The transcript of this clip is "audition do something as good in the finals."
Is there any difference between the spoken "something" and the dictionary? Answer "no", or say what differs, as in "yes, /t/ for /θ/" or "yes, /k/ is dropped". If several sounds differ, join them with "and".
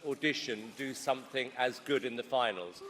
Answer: no